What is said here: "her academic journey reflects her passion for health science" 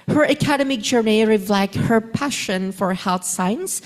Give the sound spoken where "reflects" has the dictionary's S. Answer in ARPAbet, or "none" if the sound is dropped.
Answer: none